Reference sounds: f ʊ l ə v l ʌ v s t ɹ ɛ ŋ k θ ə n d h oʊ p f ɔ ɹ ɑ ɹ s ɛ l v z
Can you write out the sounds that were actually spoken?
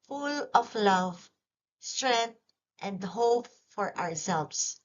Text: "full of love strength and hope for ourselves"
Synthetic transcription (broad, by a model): f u l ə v l ʌ v s t ɹ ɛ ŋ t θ ə n d h oʊ p f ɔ ɹ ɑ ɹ s ɛ l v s